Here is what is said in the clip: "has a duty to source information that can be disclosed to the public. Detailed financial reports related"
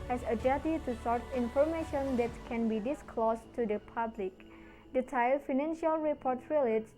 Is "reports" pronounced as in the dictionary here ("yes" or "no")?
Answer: no